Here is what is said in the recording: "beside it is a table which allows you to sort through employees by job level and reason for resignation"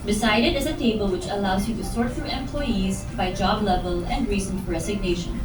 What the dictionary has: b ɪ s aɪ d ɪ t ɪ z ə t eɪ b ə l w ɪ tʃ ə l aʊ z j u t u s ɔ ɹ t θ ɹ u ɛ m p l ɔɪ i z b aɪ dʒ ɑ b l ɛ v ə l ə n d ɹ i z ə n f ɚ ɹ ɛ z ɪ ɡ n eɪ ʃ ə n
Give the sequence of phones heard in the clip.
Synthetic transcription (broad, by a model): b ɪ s aɪ d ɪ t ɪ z ə t eɪ b ə l w ɪ tʃ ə l aʊ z j u t u s ɔ ɹ t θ ɹ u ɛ m p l ɔɪ i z b aɪ dʒ ɑ b l ɛ v ə l ə n d ɹ i s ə n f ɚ ɹ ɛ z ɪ ɡ n eɪ ʃ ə n